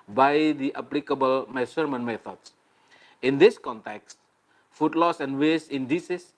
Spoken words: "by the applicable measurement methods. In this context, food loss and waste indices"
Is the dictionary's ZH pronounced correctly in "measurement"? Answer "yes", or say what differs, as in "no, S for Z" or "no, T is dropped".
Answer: no, S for ZH